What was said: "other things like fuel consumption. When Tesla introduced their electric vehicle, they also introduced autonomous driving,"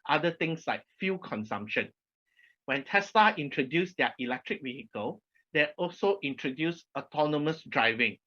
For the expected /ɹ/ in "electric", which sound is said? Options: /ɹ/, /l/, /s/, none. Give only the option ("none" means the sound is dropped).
/ɹ/